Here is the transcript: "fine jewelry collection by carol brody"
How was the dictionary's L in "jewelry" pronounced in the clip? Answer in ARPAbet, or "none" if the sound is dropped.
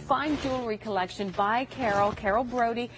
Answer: L